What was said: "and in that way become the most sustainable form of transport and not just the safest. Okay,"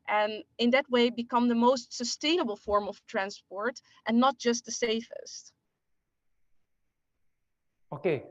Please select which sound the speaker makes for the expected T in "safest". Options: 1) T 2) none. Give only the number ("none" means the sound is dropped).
1